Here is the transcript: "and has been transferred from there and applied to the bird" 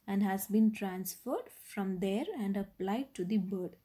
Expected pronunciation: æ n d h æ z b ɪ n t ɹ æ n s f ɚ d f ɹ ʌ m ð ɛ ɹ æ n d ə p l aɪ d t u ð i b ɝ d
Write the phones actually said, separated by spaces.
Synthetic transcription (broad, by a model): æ n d h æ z b ɪ n t ɹ æ n s f ɚ d f ɹ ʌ m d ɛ ɹ æ n d ə p l aɪ d t u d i b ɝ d